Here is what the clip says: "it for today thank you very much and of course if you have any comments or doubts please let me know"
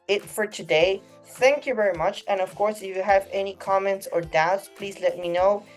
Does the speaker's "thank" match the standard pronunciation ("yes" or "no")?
yes